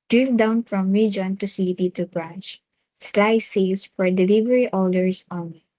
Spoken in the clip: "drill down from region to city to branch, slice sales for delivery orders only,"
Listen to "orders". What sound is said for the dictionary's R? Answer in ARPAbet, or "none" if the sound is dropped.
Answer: L